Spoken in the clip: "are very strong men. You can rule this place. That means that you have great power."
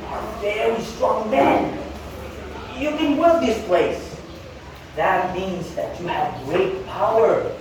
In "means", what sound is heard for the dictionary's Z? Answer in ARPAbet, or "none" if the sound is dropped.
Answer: Z